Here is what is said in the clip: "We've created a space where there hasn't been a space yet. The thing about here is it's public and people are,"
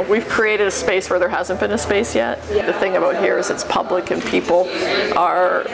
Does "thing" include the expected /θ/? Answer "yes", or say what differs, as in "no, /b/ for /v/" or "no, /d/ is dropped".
yes